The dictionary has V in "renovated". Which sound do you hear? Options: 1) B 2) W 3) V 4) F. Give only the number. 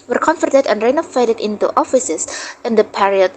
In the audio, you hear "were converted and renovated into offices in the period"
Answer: 4